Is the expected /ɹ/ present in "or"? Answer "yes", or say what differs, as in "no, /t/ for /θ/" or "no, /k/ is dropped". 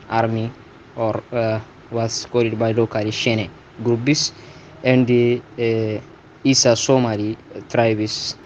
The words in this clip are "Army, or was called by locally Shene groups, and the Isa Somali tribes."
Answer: yes